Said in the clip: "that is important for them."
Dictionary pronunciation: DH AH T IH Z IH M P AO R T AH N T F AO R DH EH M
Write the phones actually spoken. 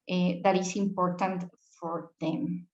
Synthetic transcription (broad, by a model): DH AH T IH S IH M P AO R T AH N T F AO R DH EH M